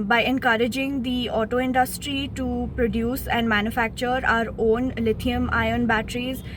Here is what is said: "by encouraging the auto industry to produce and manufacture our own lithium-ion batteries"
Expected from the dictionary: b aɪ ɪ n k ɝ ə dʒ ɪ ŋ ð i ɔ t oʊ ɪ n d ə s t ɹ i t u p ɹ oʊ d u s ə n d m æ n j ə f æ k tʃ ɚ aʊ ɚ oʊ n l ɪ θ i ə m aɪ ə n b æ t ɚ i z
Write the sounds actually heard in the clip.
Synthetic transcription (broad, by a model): b aɪ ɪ n k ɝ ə dʒ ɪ ŋ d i ɔ t oʊ ɪ n d ə s t ɹ i t u p ɹ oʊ d u s ə n d m æ n j ə f æ k tʃ ɚ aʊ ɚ oʊ n l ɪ t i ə m aɪ ə n b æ t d i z